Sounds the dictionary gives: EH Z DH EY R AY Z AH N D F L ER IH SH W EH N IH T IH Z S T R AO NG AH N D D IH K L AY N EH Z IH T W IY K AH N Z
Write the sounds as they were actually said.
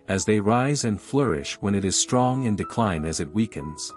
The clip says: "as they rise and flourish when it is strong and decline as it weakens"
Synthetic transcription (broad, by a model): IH Z DH EY R AY Z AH N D F L ER IH SH W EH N IH T IH Z S T R AO NG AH N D D IH K L AY N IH Z IH T W IY K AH N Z